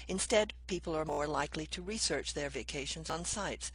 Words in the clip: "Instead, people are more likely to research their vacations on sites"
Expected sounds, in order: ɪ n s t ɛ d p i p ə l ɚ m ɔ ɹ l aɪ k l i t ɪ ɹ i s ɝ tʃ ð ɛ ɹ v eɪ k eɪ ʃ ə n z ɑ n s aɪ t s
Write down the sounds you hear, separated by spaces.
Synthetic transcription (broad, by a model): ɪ n s t ɛ d p i p l ɚ m ɔ ɹ l aɪ k l i t ɪ ɹ i s ɝ tʃ ð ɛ ɹ v eɪ k eɪ ʃ ə n z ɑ n s aɪ t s